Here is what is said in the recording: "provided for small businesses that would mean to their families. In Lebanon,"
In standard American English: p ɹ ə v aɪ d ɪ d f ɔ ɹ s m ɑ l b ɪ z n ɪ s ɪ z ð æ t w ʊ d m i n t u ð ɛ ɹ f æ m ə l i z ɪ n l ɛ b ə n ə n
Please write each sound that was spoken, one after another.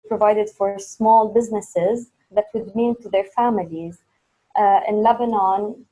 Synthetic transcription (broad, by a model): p ɹ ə v aɪ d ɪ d f ɔ ɹ s m ɑ l b ɪ z n ɪ s ɪ z ð æ t w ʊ d m i n t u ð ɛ ɹ f æ m ə l i z ɪ n l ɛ b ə n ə n